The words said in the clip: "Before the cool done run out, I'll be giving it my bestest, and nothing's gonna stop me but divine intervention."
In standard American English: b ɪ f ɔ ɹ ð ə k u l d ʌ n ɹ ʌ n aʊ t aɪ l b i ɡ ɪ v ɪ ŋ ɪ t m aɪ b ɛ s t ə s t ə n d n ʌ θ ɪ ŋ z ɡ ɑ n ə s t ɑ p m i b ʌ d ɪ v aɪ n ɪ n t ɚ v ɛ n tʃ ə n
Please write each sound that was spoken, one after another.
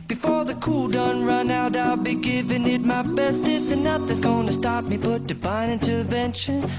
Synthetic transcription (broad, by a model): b ɪ f ɔ ɹ ð ə k u l d ʌ n ɹ ʌ n aʊ t aɪ l b i ɡ ɪ v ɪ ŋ ɪ t m aɪ b ɛ s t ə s ə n n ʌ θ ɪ z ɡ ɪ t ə s t ɑ p m i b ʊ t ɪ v aɪ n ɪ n t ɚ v ɛ n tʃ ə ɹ